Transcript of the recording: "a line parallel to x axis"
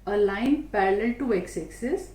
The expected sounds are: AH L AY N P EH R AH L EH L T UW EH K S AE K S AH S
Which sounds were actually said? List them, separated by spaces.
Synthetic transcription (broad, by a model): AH L AY N P EH R AH L EH L T UW EH K S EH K S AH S